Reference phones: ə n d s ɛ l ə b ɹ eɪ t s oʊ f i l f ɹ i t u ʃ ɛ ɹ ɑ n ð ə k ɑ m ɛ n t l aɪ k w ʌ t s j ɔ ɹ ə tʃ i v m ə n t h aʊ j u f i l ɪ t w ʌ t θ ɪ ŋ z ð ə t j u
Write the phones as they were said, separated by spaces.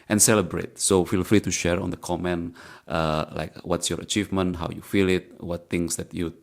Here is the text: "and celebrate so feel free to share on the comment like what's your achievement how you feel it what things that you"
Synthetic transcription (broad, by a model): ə n s ɛ l ə b ɹ eɪ t s oʊ f i l f l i t u ʃ ɛ ɹ ɑ n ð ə k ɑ m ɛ n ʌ l aɪ k w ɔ t s j ɔ ɹ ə tʃ i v m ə n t h aʊ j u f i l ɪ t w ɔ t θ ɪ ŋ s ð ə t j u